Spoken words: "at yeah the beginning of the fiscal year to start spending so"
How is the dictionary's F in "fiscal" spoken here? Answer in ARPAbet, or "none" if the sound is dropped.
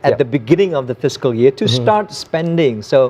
F